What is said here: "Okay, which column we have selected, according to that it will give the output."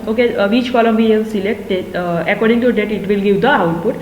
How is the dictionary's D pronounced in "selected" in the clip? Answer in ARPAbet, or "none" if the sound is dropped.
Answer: none